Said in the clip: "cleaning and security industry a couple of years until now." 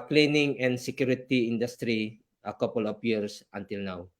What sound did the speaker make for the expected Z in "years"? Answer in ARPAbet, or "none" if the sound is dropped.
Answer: S